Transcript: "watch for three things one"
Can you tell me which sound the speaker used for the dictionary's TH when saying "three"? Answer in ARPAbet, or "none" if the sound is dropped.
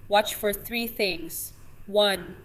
TH